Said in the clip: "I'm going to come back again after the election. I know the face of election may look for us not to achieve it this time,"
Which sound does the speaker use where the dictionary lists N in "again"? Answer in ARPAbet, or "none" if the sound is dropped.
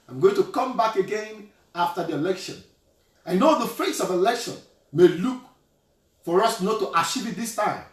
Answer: N